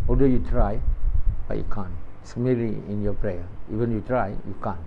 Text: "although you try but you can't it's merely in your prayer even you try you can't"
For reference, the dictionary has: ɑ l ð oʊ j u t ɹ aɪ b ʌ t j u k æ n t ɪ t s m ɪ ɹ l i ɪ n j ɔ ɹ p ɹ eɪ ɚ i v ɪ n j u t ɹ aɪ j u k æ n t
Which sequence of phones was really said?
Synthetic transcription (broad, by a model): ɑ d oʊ j u t ɹ aɪ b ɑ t j u k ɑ n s m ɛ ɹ i ɪ n j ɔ p ɹ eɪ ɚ i v ɪ n j u t ɹ aɪ j u k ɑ n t